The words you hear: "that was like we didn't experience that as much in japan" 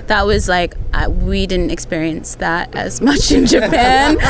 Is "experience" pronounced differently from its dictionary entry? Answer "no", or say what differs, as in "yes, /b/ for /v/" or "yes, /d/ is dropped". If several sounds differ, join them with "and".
no